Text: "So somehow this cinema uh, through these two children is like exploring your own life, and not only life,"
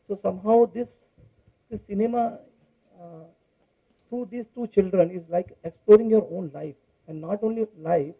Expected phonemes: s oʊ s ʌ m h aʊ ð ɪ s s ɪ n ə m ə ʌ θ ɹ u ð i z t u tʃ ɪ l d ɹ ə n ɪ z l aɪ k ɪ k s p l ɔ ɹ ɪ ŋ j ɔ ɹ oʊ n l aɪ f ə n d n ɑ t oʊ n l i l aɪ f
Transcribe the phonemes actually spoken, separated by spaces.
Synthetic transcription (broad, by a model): s oʊ s ʌ m h aʊ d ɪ s s ɪ n ə m ə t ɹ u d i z t u tʃ ɪ l d ɹ ə n ɪ z l aɪ k ɪ k s p l ɔ ɹ ɪ ŋ j ɔ ɹ oʊ n l aɪ f ə n d n ɑ t oʊ n l i l aɪ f